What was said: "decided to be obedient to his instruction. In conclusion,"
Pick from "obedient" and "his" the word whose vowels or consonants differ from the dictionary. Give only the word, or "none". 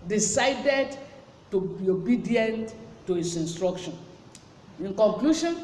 his